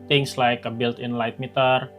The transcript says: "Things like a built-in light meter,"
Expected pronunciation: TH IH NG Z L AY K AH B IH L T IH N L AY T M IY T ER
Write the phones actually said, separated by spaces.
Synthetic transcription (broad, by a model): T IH NG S L AY K AH B IH L T IH N L AY T M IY T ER